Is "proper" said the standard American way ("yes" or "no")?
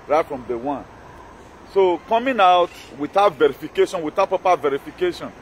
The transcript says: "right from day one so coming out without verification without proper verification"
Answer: no